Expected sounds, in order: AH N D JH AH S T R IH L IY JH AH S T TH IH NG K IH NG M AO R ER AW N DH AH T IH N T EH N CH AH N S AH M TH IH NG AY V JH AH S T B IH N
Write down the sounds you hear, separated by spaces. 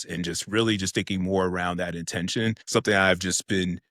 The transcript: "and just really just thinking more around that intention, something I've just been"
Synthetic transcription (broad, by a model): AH N JH AH S T R IH L IY JH AH S T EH IH K IH NG M AO R ER AW N DH AH T IH N T EH N SH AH N S AH M TH IH NG AY V JH AH S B IH N